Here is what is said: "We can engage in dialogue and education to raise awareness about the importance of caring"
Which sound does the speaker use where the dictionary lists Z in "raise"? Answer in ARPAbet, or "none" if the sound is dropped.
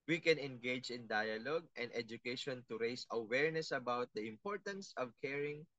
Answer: S